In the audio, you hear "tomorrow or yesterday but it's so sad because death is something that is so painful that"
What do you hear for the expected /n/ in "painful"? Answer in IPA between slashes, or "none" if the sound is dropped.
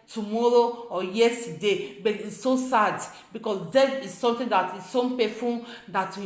none